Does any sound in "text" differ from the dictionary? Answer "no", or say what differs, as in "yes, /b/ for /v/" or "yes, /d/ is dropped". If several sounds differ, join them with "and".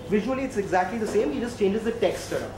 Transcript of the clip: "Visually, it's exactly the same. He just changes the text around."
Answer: no